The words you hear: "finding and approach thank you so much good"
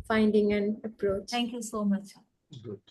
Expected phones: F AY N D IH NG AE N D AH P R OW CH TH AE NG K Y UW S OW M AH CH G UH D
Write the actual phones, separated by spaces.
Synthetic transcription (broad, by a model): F AY N D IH NG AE N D AH P R OW CH T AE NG K Y UW S OW M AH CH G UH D